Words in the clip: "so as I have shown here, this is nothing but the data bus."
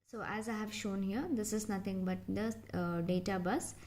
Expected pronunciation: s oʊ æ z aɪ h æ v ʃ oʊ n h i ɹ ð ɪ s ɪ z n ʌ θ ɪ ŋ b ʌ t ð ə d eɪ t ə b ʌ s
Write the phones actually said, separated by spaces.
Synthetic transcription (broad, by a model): s oʊ æ z aɪ h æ v ʃ oʊ n h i ɹ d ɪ s ɪ z n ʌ t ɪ ŋ b ʌ t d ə d eɪ t ə b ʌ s